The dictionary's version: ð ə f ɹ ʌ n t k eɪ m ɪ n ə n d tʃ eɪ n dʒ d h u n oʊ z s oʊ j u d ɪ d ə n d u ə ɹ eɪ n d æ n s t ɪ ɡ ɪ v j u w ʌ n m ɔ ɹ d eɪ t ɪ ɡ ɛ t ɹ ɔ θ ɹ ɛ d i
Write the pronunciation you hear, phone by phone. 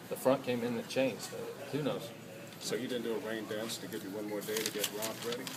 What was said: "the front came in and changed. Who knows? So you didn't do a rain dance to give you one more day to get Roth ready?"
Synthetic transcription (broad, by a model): ð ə f ɹ ʌ n k eɪ m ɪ n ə tʃ eɪ n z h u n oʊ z s oʊ j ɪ d ɪ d n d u ə ɹ eɪ n d æ n s t ɪ ɡ ɪ v j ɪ w ʌ n m ɔ ɹ d eɪ t ɪ ɡ ɛ t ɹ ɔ f ɹ ɛ d i